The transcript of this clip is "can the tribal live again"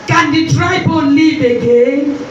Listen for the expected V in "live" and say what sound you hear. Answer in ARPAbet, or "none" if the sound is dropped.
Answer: B